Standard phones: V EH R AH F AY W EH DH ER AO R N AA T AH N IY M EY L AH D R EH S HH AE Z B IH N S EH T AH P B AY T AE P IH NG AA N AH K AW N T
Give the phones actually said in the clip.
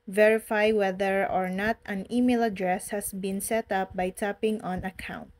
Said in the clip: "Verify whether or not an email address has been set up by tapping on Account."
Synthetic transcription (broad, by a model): V EH R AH F AY W EH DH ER AO R N AA T AH N IY M EY L AH D R EH S HH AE S B IH N S EH T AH P B AY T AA P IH NG AA N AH K AW N T